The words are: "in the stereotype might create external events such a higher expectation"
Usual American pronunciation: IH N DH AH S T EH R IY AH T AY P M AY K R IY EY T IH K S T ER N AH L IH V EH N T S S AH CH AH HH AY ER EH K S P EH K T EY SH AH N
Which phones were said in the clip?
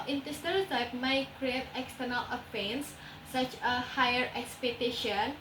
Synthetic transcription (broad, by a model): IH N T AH S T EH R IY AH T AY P M AY K R IY EY T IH K S T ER N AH L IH F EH N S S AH CH AH HH AY ER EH K S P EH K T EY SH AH N